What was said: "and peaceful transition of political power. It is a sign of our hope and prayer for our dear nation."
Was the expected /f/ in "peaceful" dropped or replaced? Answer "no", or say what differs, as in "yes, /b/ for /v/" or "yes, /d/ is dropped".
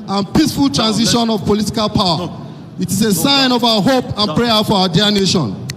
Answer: no